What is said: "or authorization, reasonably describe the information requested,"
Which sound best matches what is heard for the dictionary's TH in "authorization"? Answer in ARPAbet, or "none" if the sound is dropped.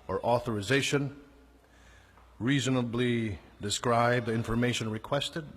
TH